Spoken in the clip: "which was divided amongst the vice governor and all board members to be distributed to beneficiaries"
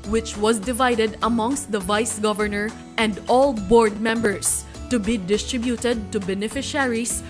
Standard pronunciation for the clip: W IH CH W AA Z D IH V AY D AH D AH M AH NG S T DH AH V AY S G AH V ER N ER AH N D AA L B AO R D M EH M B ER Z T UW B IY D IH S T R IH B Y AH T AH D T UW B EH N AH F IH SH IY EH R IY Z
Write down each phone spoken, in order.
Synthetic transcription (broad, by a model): W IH CH W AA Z D IH V AY D AH D AH M AH NG S T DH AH V AY S G AH V ER N ER AH N D AA L B AO R D M EH M B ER S T UW B IY D IH S T R IH B Y AH T AH D T UW B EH N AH F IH SH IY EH R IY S